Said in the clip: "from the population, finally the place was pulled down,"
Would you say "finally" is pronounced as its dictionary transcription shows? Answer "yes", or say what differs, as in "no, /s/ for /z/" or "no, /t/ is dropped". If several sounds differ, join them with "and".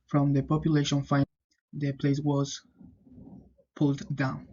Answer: no, /l/ is dropped